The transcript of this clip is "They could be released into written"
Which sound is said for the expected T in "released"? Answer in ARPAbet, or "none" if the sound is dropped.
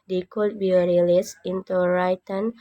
none